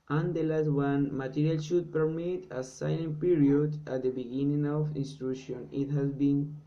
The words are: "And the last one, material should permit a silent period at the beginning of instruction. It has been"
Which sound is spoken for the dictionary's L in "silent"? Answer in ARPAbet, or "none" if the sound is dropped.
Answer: N